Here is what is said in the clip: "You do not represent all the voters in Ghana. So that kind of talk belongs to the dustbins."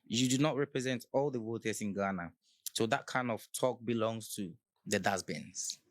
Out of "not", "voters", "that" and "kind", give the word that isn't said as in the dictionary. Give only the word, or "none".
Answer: voters